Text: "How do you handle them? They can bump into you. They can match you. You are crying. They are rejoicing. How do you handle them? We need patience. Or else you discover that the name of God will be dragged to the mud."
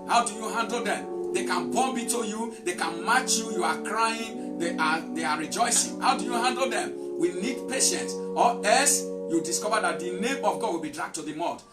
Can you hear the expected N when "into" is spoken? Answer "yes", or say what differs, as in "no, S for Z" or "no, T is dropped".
no, N is dropped